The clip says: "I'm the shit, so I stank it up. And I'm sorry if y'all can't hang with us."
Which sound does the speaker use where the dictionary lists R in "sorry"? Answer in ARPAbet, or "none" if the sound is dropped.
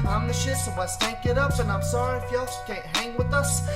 R